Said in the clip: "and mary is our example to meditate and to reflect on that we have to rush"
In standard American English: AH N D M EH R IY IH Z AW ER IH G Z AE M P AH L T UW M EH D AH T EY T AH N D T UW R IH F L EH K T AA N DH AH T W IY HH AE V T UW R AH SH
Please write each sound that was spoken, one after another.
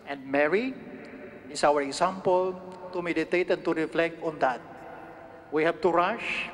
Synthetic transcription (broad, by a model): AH N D M EH R IY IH S AW ER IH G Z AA M P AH L T UW M EH D AH T EY T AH N T UW R IH F L EH K T AA N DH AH T W IY HH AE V T UW R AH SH